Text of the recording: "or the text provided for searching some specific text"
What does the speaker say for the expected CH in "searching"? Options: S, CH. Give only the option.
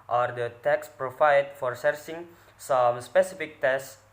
S